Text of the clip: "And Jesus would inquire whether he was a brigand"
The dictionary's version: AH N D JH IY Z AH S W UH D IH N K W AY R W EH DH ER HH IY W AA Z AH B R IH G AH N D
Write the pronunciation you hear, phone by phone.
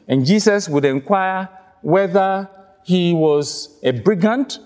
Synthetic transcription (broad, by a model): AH N JH IY S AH S W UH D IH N K W AY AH W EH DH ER HH IY W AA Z AH B R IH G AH N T